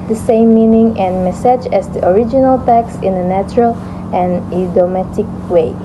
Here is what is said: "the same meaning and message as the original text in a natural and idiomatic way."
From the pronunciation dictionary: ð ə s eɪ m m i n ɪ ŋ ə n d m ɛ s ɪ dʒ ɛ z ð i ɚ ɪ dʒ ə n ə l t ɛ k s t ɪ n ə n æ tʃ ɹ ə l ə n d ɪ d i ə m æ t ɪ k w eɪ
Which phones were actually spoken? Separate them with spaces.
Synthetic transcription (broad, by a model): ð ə s eɪ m m i n ɪ ŋ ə n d m ɛ s ɪ dʒ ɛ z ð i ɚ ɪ dʒ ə n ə l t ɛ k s ɪ n ə n æ tʃ ɹ ə l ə n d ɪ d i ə m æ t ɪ k w eɪ